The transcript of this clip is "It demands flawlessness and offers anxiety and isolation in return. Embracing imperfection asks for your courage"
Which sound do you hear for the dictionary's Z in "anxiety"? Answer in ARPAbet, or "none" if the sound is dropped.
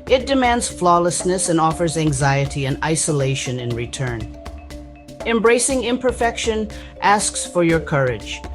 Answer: Z